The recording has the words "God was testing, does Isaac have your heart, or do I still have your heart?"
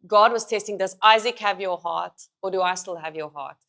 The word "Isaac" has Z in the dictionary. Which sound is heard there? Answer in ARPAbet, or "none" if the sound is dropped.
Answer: Z